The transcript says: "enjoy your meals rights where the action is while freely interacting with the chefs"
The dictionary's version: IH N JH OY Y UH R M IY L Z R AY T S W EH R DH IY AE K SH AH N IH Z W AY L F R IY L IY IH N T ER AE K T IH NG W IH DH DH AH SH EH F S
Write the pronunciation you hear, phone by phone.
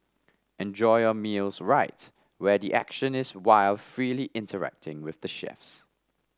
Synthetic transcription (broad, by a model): IH N JH OY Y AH M IY L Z R AY T W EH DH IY AE K SH AH N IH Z W AY L F R IY L IY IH N T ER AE K T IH NG W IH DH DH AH SH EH F S